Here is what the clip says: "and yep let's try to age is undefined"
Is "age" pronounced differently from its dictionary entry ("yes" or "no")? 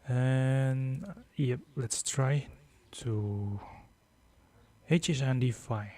yes